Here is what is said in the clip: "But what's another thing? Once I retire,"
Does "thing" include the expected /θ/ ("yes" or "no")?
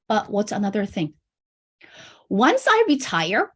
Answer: yes